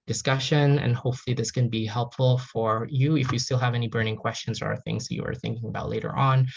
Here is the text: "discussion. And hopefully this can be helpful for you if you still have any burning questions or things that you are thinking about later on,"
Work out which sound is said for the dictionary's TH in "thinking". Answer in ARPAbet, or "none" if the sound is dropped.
TH